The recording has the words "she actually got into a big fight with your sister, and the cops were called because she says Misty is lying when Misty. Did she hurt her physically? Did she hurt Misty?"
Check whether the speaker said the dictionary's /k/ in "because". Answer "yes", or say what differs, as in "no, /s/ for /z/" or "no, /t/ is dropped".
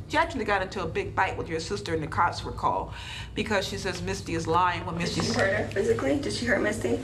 yes